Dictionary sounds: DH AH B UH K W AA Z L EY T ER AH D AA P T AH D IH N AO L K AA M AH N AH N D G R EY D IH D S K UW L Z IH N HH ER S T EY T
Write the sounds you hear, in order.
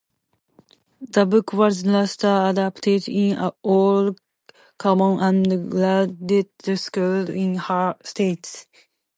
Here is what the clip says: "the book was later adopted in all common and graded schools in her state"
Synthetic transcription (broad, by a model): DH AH B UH K W AA Z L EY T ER AH D AA P T AH D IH N AO L K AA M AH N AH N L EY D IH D S K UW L IH N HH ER S T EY T